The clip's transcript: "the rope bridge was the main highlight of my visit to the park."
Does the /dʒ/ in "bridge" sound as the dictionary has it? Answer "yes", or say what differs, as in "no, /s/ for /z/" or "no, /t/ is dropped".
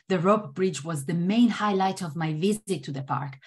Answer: yes